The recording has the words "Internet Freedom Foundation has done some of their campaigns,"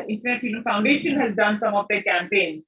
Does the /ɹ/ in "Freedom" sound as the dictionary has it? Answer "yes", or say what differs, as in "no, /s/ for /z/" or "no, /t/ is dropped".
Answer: no, /ɹ/ is dropped